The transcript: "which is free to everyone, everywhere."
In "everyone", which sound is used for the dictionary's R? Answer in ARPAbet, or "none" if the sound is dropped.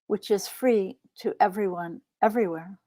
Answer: R